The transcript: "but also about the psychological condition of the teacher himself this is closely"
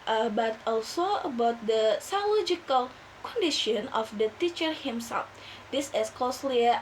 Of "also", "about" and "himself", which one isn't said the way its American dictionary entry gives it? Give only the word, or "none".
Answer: none